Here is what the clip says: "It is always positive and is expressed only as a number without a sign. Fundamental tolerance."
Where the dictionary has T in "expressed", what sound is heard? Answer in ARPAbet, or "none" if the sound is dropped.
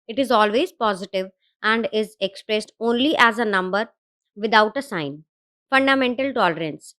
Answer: T